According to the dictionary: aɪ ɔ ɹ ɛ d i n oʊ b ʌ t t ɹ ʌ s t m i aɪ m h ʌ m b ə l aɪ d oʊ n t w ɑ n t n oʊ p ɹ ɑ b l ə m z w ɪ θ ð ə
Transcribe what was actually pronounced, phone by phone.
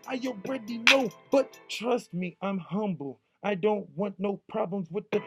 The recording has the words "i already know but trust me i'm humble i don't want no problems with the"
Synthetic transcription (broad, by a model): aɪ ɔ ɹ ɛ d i n oʊ b ʌ t t ɹ ʌ s t m i aɪ m h ʌ m b l aɪ d oʊ n t w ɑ n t n oʊ p ɹ ɑ b l ə m z w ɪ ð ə